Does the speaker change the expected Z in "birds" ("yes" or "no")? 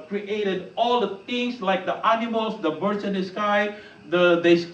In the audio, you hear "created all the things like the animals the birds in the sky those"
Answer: yes